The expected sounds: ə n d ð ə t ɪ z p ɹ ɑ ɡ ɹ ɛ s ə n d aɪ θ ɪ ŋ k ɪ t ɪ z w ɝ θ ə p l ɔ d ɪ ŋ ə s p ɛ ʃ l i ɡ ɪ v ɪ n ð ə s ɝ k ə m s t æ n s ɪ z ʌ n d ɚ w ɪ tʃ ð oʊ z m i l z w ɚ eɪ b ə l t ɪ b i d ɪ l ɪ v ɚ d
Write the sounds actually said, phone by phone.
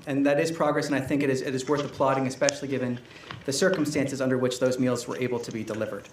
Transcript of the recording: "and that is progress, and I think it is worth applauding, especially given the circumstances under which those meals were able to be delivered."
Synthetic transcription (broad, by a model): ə n ð ə t ɪ z p ɹ ɑ ɡ ɹ ɛ s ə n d aɪ θ ɪ ŋ k ɪ t ɪ z w ɝ θ ə p l ɔ d ɪ ŋ ə s p ɛ ʃ l i ɡ ɪ v ɪ n ð ə s ɝ k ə m s t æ n s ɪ z ʌ n d ɚ w ɪ tʃ ð oʊ z m i l z w ɚ eɪ b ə l t ɪ b i d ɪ l ɪ v ɚ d